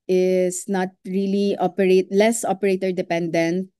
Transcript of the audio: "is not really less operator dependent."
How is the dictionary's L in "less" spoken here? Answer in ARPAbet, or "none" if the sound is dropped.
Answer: L